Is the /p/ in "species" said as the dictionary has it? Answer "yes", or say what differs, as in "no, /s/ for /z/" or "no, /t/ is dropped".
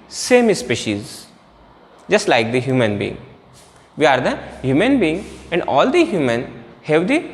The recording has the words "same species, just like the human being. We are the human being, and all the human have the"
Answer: yes